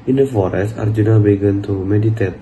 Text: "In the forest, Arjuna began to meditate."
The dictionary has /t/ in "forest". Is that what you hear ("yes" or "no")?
no